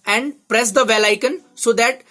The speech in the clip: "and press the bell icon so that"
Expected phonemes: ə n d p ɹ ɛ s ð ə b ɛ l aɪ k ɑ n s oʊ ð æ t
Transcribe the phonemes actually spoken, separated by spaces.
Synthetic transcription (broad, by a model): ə n d p ɹ ɛ s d ə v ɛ l aɪ k ɑ n s oʊ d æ t